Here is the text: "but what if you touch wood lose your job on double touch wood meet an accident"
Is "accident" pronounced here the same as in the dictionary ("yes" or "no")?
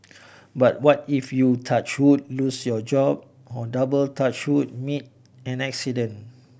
no